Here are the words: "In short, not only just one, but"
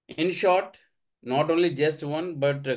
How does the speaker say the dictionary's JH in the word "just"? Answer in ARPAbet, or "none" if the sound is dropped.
JH